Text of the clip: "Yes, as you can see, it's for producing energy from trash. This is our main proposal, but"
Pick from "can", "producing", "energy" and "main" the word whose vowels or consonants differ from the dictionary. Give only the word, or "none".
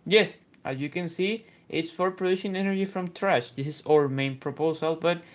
producing